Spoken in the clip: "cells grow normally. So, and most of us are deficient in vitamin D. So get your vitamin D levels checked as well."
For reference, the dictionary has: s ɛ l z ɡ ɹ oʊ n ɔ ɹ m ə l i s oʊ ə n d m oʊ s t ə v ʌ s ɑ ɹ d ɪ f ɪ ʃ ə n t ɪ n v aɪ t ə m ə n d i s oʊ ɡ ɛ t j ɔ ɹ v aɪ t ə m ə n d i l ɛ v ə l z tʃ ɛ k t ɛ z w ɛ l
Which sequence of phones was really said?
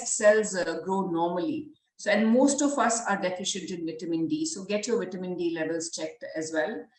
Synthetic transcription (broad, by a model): s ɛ l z ɡ ɹ oʊ n ɔ ɹ m ə l i s oʊ ə n d m oʊ s t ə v ʌ s ɑ ɹ d ɪ f ɪ ʃ ə n t ɪ n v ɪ t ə m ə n d i s oʊ ɡ ɛ t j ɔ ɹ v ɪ t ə m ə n d i l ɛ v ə l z tʃ ɛ k t ɛ z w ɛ l